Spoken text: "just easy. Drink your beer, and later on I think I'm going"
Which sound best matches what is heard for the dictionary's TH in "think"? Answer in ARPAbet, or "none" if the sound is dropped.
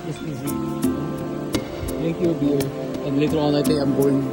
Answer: T